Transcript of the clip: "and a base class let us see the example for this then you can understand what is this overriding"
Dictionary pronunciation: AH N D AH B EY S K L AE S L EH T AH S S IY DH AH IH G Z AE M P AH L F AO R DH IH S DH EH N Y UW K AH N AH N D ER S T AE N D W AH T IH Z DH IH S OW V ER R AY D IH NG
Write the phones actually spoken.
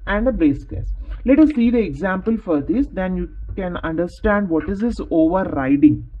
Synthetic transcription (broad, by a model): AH N D AH B EY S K AE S L EH T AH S S IY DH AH IH G Z AE M P AH L F AO R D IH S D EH N Y UW K AH N AH N D ER S T AE N D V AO T IH Z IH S OW V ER R AY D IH NG